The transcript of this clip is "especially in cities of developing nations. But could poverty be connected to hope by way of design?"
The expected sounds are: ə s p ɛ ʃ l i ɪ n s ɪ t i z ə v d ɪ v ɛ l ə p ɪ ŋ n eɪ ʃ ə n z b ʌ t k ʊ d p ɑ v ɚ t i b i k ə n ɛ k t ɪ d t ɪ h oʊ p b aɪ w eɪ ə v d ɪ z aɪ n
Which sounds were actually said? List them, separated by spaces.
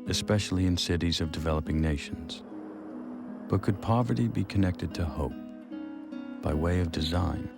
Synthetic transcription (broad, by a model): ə s p ɛ ʃ l i ɪ n s ɪ t i z ə v d ɪ v ɛ l ə p ɪ ŋ n eɪ ʃ n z b ʌ t k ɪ d p ɑ v ɚ t i b i k ə n ɛ k t ɪ d t ɪ h oʊ p b aɪ w eɪ ə v d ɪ z aɪ n